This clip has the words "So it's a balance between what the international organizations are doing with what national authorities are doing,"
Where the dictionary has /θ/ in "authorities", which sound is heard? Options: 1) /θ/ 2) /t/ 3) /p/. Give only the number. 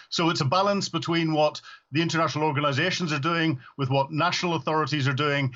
1